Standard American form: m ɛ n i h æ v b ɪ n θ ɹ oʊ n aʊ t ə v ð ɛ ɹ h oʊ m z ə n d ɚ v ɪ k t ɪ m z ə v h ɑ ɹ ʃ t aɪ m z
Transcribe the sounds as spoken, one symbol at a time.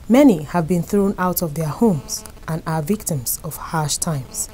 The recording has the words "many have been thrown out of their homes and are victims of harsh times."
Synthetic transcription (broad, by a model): m ɛ n i h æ v b ɪ n θ ɹ oʊ n aʊ t ə v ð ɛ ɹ h oʊ m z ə n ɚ v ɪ k t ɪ m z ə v h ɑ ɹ ʃ t aɪ m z